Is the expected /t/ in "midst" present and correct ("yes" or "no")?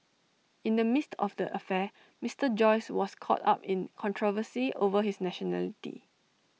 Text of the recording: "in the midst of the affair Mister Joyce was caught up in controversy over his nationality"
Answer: yes